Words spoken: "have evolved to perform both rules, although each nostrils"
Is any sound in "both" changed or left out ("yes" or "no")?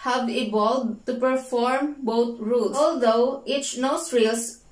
yes